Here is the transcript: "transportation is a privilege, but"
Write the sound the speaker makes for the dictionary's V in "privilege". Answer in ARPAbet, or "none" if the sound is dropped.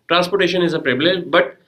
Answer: B